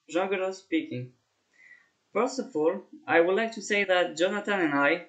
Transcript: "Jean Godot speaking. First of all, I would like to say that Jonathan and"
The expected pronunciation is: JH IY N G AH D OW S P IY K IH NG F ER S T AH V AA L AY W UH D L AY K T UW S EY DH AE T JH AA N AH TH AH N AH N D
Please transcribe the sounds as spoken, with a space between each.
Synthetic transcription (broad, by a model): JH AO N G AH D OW S P IY K IH NG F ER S AH V AA L AY W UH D L AY K T UW S EY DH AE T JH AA N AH T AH N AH N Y